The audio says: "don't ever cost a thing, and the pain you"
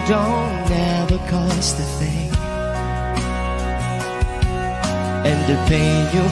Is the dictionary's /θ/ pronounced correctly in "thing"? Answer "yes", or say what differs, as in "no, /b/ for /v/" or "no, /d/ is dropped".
yes